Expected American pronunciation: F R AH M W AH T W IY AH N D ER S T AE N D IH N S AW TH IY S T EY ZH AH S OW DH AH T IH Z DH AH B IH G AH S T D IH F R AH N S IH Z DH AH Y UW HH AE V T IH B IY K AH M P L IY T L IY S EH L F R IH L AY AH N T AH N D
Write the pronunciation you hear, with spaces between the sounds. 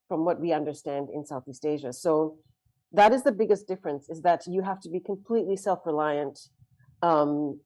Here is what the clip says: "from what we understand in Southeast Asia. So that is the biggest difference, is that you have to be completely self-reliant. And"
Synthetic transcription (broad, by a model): F R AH M W AH T W IY AH N D ER S T AE N D IH N S AW TH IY S T EY ZH AH S OW DH AH T IH Z DH AH B IH G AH S D IH F R AH N S IH Z DH AH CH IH HH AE F T IH B IY K AH M P L IY T L IY S EH L F R IH L AY AH N T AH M